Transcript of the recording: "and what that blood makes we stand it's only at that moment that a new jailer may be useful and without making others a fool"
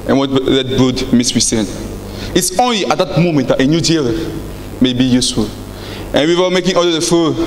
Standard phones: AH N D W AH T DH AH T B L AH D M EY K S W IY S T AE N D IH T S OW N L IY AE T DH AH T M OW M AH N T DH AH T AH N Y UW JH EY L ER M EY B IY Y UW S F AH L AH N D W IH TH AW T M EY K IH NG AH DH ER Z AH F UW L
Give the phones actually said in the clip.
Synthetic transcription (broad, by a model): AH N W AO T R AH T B UW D M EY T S W IY S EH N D IH T S OW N L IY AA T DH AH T M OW M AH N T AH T AH N Y UW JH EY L M EY B IY Y UW S F AH L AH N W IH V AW M EY K IH NG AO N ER AH F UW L